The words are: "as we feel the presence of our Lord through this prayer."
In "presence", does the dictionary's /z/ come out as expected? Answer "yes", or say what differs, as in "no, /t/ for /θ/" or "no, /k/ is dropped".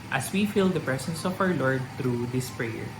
no, /s/ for /z/